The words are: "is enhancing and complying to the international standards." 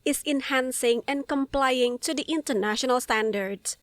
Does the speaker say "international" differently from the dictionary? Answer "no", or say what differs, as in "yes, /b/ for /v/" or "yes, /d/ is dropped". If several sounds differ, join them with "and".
no